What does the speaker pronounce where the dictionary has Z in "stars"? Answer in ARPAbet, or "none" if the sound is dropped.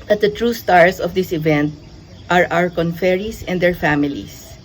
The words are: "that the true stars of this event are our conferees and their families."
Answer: S